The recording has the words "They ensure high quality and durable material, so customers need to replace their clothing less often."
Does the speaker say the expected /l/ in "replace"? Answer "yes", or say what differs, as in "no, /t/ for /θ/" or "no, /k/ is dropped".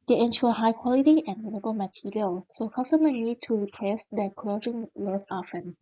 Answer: no, /l/ is dropped